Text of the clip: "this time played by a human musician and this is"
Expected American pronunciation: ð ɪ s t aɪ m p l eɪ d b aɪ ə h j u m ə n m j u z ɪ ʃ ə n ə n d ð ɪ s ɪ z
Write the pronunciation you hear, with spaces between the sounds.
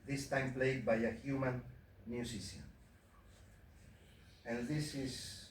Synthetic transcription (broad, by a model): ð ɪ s t aɪ m p l eɪ d b aɪ ə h j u m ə n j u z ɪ s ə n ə n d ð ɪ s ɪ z